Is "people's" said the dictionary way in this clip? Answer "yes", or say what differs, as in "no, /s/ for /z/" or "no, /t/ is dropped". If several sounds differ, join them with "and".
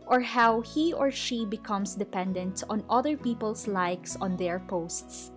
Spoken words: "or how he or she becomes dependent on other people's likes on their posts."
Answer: no, /s/ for /z/